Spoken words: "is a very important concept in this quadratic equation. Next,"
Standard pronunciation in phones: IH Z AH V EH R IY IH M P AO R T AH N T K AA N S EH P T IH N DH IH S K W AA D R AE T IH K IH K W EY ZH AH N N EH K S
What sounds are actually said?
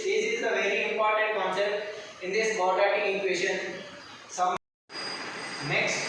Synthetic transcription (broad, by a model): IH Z AH V EH R IY IH M P AO R T AH N T K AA N S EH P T IH N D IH S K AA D AA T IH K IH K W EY SH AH N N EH K S